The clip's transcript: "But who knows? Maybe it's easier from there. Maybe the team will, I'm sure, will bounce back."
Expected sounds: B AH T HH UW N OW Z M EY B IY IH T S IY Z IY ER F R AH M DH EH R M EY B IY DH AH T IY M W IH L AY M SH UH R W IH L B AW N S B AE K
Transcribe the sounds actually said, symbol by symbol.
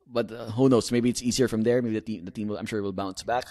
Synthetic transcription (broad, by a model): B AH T HH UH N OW S M EY B IY IH T S IY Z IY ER F R AH M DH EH R M EY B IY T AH T IY M W IH L AY M SH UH R W IH L B AW N S B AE K